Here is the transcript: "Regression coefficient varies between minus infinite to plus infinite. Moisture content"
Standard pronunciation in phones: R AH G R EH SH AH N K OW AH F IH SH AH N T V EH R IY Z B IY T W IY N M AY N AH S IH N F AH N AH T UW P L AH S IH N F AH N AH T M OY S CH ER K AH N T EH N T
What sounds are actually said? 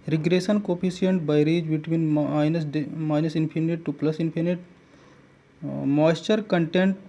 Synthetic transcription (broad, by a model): R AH G R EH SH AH N K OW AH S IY AH N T B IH R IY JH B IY T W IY N M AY N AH S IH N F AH N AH T UW P L AH S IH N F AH N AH T M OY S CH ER K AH N T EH N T